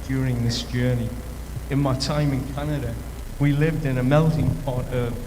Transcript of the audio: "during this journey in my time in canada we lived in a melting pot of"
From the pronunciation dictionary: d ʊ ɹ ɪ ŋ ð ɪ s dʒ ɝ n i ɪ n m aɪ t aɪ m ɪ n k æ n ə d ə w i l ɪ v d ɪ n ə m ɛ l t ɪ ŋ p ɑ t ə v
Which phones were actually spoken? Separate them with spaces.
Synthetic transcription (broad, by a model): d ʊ ɹ ɪ ŋ ð ɪ s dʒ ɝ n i ɪ n m aɪ t aɪ m ɪ n k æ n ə d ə w i l ɪ v d ɪ n ə m ɛ l t ɪ ŋ p ɑ t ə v